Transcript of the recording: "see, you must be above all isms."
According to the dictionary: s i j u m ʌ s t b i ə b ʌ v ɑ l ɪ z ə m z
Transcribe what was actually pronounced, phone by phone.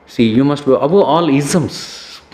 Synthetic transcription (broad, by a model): s i j u m ʌ s t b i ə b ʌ ɑ l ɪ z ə m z